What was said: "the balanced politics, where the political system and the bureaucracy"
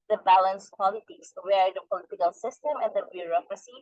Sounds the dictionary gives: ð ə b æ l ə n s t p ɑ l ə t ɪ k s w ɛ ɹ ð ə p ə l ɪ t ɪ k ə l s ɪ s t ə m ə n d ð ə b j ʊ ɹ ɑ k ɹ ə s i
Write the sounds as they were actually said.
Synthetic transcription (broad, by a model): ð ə b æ l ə n s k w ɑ l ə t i s w ɛ ɹ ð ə p ə l ɪ t ɪ k ə l s ɪ s t ə m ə n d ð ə b j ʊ ɹ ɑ k ɹ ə s i